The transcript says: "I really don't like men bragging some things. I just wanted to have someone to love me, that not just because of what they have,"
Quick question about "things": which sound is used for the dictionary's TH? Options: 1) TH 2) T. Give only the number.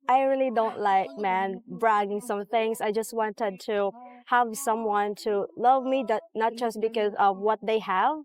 1